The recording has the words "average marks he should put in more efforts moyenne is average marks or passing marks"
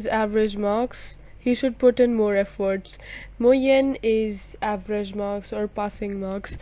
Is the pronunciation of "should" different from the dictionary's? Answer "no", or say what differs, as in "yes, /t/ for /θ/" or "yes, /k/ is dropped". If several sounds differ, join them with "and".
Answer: no